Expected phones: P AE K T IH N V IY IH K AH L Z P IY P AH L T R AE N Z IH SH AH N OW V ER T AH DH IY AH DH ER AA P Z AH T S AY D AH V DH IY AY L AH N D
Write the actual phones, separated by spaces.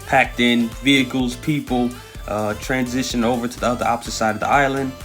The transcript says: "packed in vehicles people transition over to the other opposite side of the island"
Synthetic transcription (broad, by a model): P AE K T IH N V IY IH K L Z P IY P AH T R AE N Z IH SH AH N OW V ER T AH DH IY AH DH ER AA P S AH S AY D AH V DH IY AY L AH N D